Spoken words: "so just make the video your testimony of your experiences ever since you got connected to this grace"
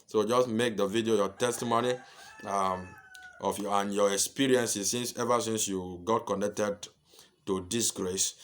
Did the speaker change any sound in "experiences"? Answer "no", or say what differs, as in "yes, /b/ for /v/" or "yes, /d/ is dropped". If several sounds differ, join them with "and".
yes, /s/ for /z/